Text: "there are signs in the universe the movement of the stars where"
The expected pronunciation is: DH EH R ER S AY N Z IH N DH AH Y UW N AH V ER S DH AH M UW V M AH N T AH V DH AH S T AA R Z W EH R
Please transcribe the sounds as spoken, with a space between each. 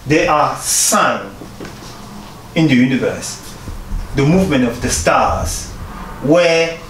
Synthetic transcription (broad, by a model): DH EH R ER S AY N IH N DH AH Y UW N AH V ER S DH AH M UW V M AH N T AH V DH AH S T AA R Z W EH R